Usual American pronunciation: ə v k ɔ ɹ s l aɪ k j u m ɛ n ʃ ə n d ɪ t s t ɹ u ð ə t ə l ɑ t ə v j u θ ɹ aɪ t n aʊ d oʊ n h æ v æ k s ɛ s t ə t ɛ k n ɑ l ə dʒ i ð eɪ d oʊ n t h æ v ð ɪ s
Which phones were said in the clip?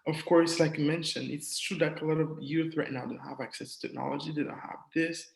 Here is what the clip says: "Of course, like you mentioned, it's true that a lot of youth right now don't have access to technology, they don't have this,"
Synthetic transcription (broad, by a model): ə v k ɔ ɹ s l aɪ k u m ɛ n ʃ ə n ɪ t s t ɹ u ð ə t ə l ɑ t ə v j u θ ɹ aɪ t n aʊ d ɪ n h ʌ v æ k s ɛ s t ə t ɛ k n ɑ l ə dʒ i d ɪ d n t h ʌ v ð ɪ s